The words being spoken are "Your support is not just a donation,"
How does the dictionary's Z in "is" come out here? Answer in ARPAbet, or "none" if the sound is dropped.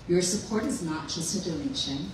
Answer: Z